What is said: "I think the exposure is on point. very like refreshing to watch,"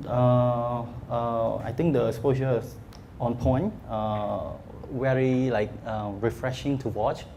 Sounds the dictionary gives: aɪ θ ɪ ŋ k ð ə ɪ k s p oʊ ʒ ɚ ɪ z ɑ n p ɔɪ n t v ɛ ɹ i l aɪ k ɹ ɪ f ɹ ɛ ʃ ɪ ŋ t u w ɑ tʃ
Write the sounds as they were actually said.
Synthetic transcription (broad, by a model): aɪ t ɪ ŋ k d ə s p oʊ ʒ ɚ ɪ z ɑ n p ɔɪ n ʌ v ɛ ɹ i l aɪ k ɹ ɪ f ɹ ɛ ʃ ɪ ŋ t u w ɑ tʃ